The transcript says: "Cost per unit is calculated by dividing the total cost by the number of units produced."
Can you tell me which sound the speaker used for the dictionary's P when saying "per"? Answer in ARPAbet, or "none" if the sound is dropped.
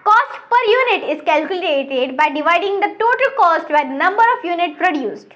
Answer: P